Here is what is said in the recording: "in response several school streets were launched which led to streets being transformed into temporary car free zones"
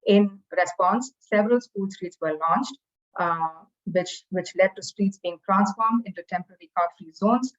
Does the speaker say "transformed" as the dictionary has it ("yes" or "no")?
yes